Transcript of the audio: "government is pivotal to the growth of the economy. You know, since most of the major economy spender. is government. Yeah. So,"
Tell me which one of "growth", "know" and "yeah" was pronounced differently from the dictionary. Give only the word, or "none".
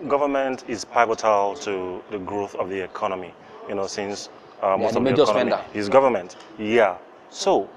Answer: none